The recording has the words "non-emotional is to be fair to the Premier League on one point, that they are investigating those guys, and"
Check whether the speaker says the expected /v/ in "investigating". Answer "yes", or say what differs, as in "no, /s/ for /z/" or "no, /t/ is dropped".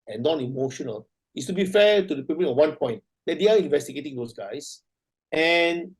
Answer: yes